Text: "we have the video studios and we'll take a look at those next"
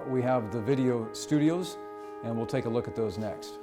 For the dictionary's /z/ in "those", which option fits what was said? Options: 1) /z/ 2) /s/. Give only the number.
1